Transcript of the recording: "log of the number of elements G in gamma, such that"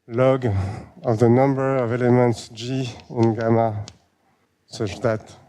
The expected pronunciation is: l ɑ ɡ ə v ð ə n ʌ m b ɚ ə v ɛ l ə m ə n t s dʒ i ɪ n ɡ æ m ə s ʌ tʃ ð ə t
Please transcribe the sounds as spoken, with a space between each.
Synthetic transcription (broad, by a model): l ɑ ɡ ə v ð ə n ʌ m b ɚ ə v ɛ l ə m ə n t s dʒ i ɪ n ɡ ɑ m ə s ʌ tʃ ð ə t